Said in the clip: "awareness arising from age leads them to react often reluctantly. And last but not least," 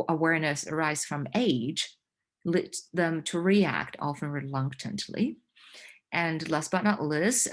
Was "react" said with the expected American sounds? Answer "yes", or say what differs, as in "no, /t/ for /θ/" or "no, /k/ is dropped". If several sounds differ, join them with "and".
yes